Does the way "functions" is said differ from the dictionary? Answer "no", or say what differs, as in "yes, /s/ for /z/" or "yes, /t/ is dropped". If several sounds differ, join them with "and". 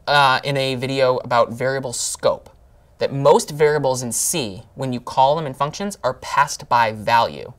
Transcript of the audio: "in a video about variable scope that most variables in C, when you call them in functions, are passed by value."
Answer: no